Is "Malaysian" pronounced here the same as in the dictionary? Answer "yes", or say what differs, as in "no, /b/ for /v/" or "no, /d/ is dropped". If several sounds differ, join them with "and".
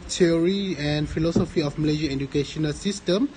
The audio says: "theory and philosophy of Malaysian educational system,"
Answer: no, /n/ is dropped